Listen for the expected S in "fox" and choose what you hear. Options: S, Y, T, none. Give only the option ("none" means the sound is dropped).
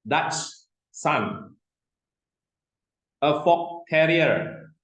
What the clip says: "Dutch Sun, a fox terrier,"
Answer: none